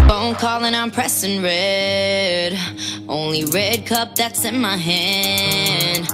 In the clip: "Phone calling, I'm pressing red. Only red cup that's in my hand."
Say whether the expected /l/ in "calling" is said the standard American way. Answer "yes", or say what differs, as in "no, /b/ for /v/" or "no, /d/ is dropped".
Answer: yes